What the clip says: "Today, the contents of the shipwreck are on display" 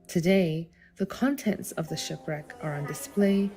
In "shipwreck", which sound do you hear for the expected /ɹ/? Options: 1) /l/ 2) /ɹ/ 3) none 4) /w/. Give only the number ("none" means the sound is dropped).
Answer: 2